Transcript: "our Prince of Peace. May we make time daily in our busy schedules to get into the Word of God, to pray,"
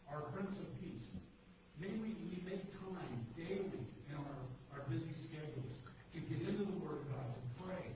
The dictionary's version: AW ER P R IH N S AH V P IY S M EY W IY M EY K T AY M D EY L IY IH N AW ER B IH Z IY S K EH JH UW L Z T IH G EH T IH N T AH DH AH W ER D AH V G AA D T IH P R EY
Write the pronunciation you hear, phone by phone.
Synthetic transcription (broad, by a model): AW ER F R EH N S AH V P IY S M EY W IY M EY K T AY M D EY L IY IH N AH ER B IH Z IY S K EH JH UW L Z T IH G EH T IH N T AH DH AH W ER D AH V G AA D T IH P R EY